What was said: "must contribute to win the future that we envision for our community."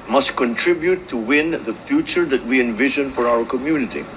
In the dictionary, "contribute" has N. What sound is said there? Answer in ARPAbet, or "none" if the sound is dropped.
N